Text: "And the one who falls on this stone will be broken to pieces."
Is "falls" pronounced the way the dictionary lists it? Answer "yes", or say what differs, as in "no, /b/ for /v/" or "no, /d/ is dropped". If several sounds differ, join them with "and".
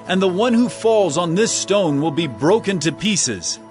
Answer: yes